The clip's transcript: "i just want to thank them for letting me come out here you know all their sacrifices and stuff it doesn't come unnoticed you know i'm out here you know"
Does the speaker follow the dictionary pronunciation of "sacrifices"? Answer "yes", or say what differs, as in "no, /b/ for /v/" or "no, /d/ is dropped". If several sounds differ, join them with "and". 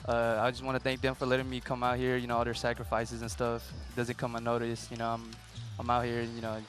yes